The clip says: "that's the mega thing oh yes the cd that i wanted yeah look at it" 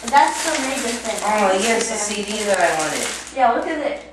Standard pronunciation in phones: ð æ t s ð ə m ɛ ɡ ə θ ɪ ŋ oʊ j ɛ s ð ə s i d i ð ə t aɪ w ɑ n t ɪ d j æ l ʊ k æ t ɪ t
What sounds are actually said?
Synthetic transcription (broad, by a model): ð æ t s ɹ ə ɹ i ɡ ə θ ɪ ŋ oʊ j ɛ s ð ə s i d i ð ə t aɪ w ɑ n t ɪ d j æ w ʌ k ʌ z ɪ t